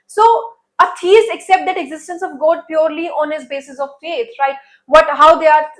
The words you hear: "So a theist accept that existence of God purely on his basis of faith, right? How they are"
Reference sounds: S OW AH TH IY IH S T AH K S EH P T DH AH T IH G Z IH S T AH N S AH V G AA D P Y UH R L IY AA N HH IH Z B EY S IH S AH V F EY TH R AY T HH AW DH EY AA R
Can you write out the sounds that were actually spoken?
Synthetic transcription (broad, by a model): S OW AH T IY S AH K S EH P T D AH T IH G Z IH S T AH N S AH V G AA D P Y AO R L IY AA N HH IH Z B EY S IH S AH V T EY S R AY T HH AW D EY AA R